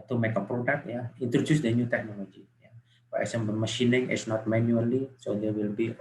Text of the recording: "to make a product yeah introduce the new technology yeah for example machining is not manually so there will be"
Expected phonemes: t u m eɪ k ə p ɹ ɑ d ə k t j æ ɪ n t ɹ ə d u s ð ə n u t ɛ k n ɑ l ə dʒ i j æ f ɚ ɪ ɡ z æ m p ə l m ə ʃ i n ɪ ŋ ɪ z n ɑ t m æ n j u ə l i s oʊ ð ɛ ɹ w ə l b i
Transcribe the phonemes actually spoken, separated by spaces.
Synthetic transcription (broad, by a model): t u m eɪ k ə p ɹ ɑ d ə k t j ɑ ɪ n t ɹ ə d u s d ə n u t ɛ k n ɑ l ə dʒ i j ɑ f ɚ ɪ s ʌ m b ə m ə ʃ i n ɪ ŋ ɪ s n ɑ t m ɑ n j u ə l i s oʊ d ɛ w ə l b i